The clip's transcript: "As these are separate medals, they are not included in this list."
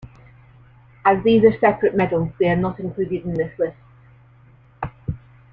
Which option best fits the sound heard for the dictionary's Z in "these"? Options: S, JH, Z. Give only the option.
Z